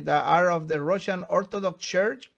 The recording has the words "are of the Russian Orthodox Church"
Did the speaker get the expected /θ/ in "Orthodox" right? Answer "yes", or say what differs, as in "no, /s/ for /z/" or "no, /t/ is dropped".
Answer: no, /t/ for /θ/